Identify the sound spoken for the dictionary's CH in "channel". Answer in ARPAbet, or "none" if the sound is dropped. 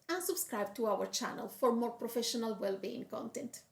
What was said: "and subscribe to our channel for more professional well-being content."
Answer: CH